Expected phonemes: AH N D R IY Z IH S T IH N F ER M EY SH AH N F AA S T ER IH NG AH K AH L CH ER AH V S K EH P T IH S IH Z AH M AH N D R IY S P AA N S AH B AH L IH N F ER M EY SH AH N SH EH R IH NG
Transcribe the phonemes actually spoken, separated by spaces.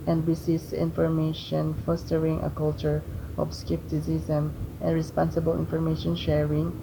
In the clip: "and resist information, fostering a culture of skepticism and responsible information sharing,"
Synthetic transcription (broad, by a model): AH N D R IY S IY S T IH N F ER M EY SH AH N F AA S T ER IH NG AH K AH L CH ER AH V S K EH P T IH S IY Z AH M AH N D R IY S P AA N S AH B AH L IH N F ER M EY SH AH N SH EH R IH NG